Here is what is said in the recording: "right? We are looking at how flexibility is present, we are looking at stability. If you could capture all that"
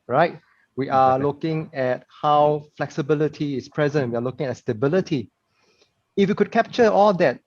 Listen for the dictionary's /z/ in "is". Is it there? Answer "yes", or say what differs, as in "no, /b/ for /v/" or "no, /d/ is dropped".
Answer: no, /s/ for /z/